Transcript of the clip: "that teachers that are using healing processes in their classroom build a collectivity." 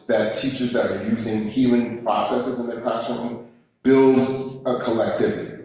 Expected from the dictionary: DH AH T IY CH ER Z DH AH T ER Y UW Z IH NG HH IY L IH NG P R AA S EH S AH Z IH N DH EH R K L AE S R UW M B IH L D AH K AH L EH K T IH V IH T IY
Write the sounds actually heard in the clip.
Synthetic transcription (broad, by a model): DH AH T IY CH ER Z DH AH T ER Y UW Z IH NG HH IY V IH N P R AA S EH S AH Z IH N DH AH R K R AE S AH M B IH L D AH K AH L EH K T IH V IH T IY